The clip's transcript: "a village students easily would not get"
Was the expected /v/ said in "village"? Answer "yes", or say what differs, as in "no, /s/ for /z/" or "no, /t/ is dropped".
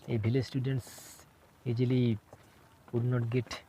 no, /b/ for /v/